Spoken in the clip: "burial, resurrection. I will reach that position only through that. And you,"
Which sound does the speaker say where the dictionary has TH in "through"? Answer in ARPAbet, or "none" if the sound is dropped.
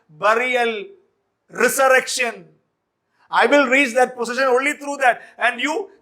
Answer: T